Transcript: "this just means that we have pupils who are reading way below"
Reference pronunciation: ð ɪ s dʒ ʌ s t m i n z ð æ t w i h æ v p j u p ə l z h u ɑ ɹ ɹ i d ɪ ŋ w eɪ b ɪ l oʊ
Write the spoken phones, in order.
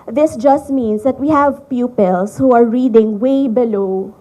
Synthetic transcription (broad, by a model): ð ɪ s dʒ ʌ s t m i n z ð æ t w i h æ v p j u p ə l s h u ɑ ɹ ɹ i d ɪ ŋ w eɪ b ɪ l oʊ